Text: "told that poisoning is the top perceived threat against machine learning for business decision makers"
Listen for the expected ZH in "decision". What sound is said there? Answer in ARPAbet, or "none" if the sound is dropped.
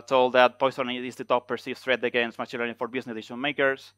SH